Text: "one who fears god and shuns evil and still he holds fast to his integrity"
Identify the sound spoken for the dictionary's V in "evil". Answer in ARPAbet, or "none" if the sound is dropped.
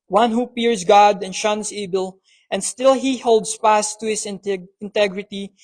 B